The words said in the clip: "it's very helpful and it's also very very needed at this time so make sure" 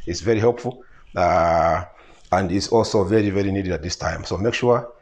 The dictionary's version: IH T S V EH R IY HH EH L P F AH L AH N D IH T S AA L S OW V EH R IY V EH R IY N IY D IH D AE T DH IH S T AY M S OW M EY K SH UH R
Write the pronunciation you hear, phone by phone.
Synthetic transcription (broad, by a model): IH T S V EH R IY HH EH L P F AH L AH N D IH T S AA L S OW V EH R IY V EH R IY N IY D IH D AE T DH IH S T AY M S OW M EY K SH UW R